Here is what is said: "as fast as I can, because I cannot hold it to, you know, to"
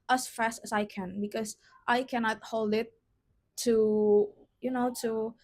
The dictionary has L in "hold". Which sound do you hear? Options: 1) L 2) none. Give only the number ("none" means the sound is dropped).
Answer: 1